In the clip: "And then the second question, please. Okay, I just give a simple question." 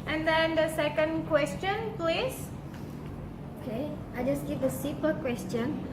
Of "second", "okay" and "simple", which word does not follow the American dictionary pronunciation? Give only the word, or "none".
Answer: simple